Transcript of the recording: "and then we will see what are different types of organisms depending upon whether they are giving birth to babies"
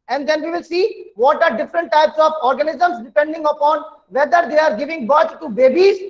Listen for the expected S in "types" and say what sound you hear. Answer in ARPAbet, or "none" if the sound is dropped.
S